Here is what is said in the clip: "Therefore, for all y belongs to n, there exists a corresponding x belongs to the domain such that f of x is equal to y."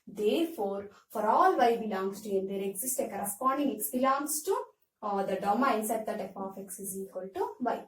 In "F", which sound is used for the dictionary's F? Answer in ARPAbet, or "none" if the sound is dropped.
P